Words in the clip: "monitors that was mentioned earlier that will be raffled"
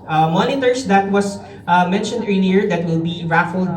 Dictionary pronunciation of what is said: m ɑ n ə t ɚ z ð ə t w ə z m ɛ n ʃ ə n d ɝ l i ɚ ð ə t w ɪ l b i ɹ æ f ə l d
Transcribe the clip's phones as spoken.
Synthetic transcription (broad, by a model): m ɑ n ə t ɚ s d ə t w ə s m ɛ n ʃ ə n d ɝ l i ɚ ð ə t w ɪ l b i ɹ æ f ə l d